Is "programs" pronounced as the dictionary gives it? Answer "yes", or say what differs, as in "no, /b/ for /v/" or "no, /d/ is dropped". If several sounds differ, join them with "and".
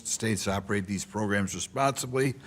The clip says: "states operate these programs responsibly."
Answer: yes